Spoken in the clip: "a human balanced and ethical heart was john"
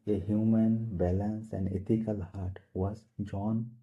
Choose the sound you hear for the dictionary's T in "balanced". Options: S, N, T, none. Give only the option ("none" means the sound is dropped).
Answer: none